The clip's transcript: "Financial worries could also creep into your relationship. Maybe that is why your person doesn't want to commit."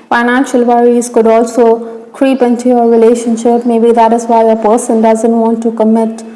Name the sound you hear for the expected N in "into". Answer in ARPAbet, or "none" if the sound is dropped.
N